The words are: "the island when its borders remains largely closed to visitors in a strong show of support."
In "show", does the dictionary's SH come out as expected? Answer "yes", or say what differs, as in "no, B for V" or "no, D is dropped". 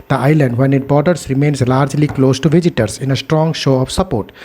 yes